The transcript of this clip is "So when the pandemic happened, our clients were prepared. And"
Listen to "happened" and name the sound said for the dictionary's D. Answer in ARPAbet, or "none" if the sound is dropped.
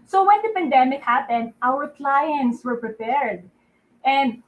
D